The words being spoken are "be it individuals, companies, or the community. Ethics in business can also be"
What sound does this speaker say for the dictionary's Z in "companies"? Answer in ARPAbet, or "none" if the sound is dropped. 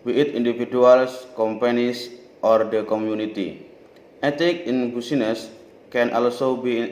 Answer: S